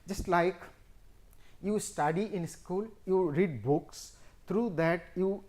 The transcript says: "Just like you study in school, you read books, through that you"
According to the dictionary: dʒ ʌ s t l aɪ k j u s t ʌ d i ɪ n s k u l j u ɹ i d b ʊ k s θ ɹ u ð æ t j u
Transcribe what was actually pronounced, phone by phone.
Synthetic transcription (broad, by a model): dʒ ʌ s t l aɪ k j u s t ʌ d i ɪ n s k u l j u ɹ i d b ʊ k s t ɹ u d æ t j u